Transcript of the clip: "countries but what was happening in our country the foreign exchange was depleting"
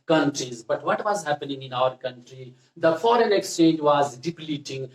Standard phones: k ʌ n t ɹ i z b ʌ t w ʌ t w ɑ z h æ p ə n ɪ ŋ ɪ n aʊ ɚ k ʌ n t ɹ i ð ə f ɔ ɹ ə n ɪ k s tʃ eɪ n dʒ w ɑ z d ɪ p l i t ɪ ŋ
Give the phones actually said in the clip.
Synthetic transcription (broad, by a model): k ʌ n t ɹ i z b ʌ t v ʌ t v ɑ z h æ p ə n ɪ ŋ ɪ n aʊ ɚ k ʌ n t ɹ i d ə f ɔ ɹ ə n ɪ k s tʃ eɪ n dʒ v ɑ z d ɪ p l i t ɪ ŋ